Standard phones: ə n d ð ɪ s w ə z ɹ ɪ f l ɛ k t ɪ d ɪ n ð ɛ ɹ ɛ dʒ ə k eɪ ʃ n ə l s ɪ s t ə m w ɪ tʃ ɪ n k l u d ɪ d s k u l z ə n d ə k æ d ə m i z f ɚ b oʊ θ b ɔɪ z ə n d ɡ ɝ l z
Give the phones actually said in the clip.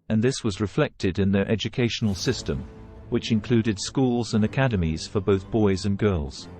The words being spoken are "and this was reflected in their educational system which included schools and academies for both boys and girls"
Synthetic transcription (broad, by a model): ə n ð ɪ s w ə z ɹ ɪ f l ɛ k t ɪ d ɪ n ð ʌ ɹ ɛ dʒ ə k eɪ ʃ n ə l s ɪ s t ə m w ɪ tʃ ɪ n k l u d ɪ d s k u l z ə n ə k æ d ə m i z f ɚ b oʊ θ b ɔɪ z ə n ɡ ɝ l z